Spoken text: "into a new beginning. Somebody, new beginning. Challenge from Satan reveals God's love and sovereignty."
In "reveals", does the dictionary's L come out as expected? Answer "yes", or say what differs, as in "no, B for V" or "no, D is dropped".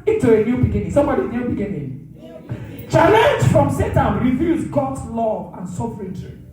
no, L is dropped